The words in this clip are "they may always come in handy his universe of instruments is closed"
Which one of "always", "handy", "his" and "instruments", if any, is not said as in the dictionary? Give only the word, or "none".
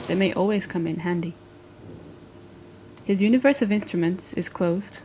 none